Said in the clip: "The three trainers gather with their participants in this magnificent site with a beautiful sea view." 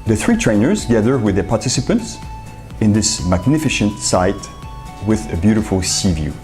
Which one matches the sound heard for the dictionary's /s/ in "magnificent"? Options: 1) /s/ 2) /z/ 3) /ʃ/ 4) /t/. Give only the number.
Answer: 3